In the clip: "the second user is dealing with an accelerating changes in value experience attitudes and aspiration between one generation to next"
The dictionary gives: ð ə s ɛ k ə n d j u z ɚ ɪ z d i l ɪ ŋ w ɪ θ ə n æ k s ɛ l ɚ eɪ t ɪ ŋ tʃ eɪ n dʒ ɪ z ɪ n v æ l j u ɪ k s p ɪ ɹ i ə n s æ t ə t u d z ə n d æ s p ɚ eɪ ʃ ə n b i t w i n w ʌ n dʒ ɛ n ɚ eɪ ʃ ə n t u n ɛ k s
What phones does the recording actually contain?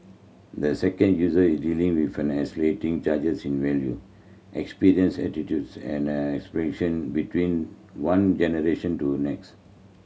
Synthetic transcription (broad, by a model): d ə s ɛ k ə n d j u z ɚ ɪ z d i l ɪ ŋ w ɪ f ə n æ s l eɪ t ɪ ŋ tʃ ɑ dʒ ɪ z ɪ n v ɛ l j u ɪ k s p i ɹ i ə n s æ t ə t u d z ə n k s p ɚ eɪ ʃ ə n b i t w i n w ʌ n dʒ ɛ n ɚ eɪ ʃ ə n t u n ɛ k s